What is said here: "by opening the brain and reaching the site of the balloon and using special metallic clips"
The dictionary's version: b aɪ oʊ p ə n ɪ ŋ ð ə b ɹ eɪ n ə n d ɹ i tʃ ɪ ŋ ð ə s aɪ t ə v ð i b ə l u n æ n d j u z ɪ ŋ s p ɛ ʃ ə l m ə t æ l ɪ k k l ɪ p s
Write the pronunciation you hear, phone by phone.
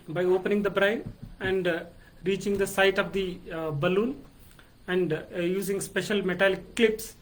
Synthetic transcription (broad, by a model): b aɪ oʊ p ə n ɪ ŋ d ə b ɹ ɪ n ə n d ɹ i tʃ ɪ ŋ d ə s aɪ t ə v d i b ə l u n æ n d j u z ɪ ŋ s p ɛ ʃ ə l m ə t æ l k k l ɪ p s